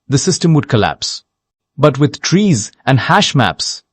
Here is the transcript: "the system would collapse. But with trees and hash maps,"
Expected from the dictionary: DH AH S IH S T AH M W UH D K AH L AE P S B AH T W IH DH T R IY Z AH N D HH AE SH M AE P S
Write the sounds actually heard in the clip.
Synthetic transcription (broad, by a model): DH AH S IH S T AH M W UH D K AH L AE P S B AH T W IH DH T R IY Z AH N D HH AE SH M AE P S